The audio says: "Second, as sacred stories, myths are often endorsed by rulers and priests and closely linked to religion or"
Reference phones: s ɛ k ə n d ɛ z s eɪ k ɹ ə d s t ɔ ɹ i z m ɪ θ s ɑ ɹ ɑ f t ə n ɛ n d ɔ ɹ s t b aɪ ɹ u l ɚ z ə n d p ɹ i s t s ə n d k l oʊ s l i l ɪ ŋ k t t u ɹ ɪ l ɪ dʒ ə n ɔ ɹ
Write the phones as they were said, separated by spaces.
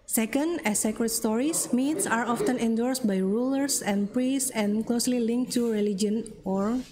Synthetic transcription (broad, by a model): s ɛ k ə n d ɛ s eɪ k ɹ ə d s t ɔ ɹ i s m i t s ɑ ɹ ɑ f t ə n ɛ n d ɔ ɹ s t b aɪ ɹ u l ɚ s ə n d p ɹ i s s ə n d k l oʊ s l i l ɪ ŋ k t t u ɹ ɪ l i dʒ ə n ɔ ɹ